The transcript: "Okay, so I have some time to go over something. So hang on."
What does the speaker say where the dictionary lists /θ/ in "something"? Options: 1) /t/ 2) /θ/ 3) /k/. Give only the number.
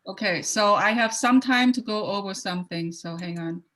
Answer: 2